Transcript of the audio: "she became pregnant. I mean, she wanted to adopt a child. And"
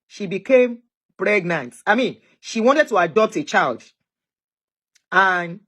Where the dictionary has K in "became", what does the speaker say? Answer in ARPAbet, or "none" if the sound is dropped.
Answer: K